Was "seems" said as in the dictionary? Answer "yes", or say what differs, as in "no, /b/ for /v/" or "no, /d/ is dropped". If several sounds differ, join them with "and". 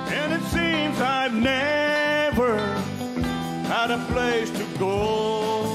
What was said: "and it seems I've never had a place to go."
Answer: yes